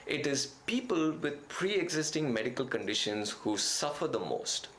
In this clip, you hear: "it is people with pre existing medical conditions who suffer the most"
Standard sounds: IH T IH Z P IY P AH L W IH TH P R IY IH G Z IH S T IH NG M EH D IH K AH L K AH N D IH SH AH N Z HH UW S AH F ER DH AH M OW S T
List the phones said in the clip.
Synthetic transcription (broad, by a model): IH T IH Z P IY P AH L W IH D P R IY IH G Z IH S T IH NG M EH D IH K AH L K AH N D IH SH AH N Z HH UW S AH F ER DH AH M OW S T